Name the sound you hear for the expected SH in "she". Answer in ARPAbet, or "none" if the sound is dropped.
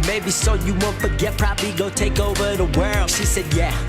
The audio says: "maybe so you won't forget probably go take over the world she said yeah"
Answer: SH